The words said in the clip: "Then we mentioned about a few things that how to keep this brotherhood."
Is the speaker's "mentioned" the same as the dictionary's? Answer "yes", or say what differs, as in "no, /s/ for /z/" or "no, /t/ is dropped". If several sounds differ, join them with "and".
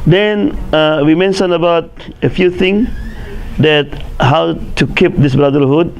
no, /d/ is dropped